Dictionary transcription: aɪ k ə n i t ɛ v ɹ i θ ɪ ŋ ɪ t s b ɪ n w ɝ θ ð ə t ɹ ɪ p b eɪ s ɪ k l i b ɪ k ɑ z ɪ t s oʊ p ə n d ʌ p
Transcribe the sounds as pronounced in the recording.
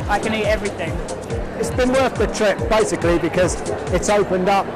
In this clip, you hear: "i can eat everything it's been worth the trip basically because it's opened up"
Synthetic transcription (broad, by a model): aɪ k ə n i t ɛ v ɹ i θ ɪ ŋ ɪ t s b ɪ n w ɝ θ ð ə t ɹ ɪ p b eɪ s ɪ k l i b ɪ k ɑ z ɪ t s oʊ p ə n d ʌ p